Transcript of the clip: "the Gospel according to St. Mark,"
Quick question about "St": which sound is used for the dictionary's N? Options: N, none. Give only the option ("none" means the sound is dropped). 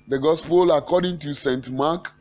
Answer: N